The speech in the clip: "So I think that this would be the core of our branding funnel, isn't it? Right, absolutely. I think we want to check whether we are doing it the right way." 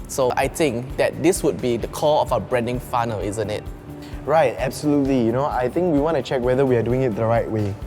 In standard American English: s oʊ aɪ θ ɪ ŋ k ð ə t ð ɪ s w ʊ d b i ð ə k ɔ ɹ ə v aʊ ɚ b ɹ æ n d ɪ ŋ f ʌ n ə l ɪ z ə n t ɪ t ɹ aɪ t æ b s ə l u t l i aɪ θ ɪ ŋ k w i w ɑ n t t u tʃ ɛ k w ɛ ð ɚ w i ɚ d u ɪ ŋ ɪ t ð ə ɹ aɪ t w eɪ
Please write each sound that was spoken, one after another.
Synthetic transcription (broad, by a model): s oʊ aɪ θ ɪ ŋ k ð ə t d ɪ s w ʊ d b i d ə k ɔ l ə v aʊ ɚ b ɹ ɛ n d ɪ ŋ f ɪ n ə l ɪ z ə n t ɪ t ɹ aɪ t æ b s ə l u t l i aɪ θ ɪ ŋ k w i w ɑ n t t u tʃ ɛ k w ɛ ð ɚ w i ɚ d u ɪ ŋ ɪ t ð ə ɹ aɪ t w eɪ